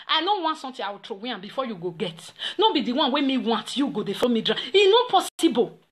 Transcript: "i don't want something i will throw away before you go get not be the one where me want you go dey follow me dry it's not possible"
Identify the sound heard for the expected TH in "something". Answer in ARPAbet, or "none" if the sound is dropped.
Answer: T